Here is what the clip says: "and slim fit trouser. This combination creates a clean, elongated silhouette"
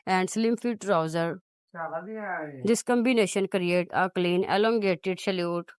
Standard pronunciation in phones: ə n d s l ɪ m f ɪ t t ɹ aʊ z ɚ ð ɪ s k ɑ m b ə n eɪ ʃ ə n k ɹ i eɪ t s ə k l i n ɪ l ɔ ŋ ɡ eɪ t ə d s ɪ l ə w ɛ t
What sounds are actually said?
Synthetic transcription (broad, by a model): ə n d s l ɪ m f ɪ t t ɹ aʊ z ɚ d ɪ s k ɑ m b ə n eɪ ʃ ə n k ɹ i eɪ t ə k l i n ɪ l ɔ ŋ ɡ eɪ t ə d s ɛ l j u t